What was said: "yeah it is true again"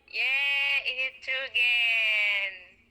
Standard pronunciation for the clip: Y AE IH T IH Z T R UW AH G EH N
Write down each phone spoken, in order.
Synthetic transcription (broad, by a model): Y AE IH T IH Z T UW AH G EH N